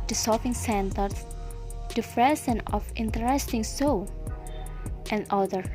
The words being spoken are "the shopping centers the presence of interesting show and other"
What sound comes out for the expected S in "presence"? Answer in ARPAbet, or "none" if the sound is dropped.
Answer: none